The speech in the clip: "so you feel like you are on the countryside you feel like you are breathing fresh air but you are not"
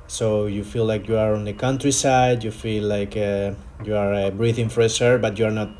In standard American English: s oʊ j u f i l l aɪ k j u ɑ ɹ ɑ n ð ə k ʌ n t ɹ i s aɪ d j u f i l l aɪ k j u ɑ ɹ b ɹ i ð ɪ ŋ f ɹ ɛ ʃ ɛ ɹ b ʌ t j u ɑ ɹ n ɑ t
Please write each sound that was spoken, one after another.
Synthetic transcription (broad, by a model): s oʊ j u f i l l aɪ k j u ɑ ɹ ɑ n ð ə k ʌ n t ɹ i s aɪ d j u f i l l aɪ k j u ɑ ɹ b ɹ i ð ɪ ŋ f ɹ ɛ s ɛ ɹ b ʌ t j u ɑ ɹ n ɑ t